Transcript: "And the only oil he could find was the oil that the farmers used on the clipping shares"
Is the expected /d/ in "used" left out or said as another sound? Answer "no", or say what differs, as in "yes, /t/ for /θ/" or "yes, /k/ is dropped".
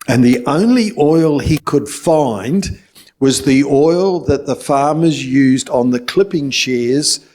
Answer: no